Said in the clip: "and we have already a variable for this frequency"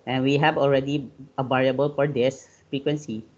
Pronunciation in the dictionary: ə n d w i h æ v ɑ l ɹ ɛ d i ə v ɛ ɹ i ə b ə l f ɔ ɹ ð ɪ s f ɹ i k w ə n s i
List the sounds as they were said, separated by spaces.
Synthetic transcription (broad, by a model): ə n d w i h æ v ɑ l ɹ ɛ d i ə b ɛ ɹ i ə b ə l f ɔ ɹ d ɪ s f ɹ i k w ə n s i